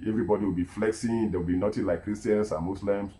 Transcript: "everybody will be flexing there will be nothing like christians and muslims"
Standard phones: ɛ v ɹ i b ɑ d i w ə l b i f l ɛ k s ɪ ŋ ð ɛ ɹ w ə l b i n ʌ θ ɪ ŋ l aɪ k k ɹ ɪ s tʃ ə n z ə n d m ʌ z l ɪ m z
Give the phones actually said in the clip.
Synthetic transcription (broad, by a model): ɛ v ɹ i b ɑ d i w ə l b i f l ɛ k s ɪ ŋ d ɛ w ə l b i n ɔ t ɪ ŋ l aɪ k k ɹ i s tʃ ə n s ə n m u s l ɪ m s